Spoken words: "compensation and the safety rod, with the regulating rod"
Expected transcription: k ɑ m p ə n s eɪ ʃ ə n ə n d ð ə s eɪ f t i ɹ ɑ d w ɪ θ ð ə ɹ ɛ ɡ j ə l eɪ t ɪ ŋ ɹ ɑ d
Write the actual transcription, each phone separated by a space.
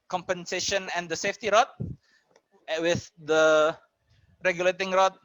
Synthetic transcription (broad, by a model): k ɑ m p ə n s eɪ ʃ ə n ə n d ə s eɪ f t i ɹ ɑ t w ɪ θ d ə ɹ ɛ ɡ j ə l eɪ t ɪ ŋ ɹ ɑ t